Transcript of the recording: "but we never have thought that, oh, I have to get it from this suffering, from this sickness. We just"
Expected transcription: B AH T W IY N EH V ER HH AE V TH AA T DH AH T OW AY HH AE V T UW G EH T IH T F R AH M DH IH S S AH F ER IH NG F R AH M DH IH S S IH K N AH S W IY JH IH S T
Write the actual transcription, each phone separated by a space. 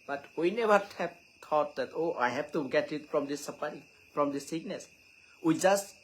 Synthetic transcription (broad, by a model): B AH T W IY N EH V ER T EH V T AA T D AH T OW AY HH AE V T UW G EH T IH T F R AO M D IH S S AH P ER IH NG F R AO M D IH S S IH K N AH S W IY JH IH S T